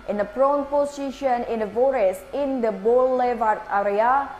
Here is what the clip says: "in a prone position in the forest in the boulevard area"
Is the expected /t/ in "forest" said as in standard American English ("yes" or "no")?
no